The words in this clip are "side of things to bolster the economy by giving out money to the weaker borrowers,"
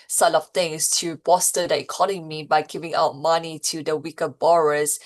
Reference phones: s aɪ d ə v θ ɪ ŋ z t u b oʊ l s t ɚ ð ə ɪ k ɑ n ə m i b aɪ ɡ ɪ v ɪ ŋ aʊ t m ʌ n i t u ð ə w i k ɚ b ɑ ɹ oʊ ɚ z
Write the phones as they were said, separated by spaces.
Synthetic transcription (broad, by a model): s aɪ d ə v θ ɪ ŋ s t u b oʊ s t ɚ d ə ɪ k ɑ n ə m i b aɪ ɡ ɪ v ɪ ŋ aʊ t m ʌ n i t u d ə w i k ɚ b ɑ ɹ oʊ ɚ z